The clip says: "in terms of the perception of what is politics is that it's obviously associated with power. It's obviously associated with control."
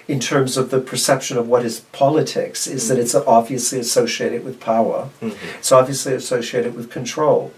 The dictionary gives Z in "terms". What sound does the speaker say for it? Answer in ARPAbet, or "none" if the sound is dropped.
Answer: Z